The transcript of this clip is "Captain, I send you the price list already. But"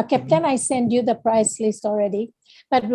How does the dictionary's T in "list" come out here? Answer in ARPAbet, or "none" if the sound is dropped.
T